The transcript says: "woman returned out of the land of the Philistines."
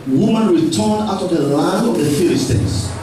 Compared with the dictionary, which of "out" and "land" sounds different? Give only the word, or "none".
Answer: land